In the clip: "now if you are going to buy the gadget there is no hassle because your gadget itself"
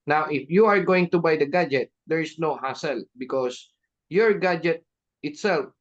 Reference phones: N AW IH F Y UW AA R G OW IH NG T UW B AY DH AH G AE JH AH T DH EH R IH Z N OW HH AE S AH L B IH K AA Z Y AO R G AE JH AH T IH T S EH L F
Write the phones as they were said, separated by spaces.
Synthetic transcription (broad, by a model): N AW IH F Y UW AA R G OW IH NG T UW B AY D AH G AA JH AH T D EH R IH S N OW HH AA S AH L B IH K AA S Y AO R G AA JH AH T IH T S EH L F